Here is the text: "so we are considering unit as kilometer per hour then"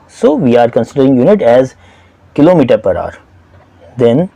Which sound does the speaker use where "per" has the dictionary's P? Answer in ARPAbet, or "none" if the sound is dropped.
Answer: P